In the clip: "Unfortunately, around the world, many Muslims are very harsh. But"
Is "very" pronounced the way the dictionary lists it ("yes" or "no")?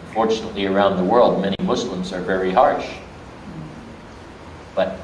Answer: yes